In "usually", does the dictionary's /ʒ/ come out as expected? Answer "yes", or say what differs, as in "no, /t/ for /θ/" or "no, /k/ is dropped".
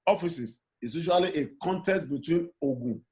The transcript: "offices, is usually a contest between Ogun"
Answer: no, /ʃ/ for /ʒ/